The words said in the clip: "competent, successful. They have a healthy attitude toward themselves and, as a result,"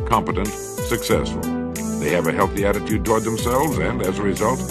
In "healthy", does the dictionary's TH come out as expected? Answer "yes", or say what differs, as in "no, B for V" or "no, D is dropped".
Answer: yes